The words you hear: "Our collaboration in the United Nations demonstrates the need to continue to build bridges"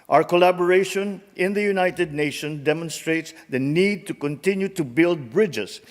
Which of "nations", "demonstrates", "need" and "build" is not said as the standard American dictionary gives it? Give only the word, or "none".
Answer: nations